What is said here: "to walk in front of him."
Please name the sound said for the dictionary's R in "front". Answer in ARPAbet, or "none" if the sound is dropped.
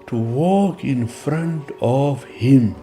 R